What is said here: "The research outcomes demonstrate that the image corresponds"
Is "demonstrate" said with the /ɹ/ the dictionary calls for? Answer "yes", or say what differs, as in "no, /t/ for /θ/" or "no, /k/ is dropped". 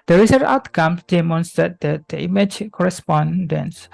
no, /ɹ/ is dropped